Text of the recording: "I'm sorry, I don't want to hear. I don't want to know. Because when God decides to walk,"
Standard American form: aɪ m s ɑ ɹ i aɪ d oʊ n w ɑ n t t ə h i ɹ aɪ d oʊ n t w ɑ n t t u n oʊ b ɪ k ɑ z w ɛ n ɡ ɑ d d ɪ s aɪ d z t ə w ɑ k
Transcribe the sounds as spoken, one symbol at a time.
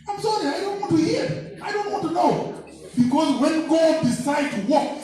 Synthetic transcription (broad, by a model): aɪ m s ɑ ɹ i aɪ d oʊ n w ɑ n t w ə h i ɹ aɪ d oʊ n t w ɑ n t t u n oʊ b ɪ k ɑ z w ɛ n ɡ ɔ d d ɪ s aɪ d t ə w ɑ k